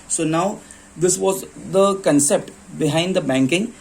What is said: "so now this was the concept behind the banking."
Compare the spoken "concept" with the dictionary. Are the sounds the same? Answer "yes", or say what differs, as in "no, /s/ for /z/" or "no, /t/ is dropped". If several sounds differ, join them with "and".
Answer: yes